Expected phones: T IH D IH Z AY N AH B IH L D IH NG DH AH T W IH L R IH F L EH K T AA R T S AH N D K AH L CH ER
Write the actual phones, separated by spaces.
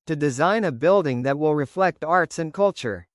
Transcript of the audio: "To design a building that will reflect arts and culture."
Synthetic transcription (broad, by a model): T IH D IH Z AY N AH B IH L D IH NG DH AH T W IH L R IH F L EH K T AA R T S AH N K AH L CH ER